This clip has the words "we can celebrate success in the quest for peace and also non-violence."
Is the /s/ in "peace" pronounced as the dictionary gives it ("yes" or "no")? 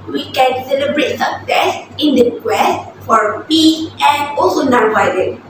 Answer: no